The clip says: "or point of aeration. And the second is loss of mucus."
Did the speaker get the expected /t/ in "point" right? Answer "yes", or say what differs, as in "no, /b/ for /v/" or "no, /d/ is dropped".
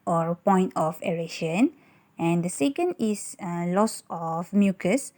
yes